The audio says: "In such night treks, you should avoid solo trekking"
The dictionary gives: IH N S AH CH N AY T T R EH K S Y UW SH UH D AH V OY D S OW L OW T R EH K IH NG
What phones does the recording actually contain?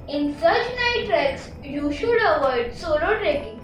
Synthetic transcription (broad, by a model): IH N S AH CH N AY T T R EH K S Y UW SH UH D AH V OY D S OW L OW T R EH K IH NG